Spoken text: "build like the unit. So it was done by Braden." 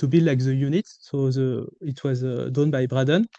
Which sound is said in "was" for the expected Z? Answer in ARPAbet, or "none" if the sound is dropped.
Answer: Z